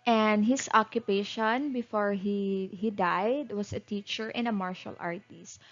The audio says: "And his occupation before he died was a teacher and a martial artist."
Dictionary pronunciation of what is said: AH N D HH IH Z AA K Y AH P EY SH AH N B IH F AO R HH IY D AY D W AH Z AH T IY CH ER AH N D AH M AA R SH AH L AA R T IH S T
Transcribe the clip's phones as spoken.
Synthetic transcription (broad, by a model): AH N D HH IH S AA K Y AH P EY SH AH N B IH F AO R HH IY D AY D W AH S AH T IY CH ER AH N AH M AA R SH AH L AA R T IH S T